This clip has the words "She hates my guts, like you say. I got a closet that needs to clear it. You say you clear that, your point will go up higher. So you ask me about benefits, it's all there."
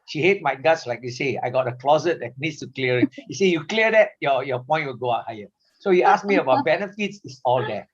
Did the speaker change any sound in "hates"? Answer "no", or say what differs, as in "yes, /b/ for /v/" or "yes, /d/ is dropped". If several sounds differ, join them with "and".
yes, /s/ is dropped